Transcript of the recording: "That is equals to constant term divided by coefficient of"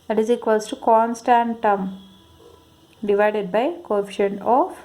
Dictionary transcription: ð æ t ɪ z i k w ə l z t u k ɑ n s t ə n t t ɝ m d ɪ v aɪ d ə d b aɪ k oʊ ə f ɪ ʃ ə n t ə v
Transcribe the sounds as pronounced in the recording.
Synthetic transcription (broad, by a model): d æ t ɪ z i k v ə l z t u k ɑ n s t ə n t t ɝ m d ɪ v aɪ d ə d b aɪ k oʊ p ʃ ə n ə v